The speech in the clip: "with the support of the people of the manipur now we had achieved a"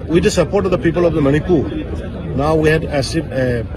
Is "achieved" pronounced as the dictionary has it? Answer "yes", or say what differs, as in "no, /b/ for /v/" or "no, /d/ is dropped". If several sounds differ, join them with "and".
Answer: no, /s/ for /tʃ/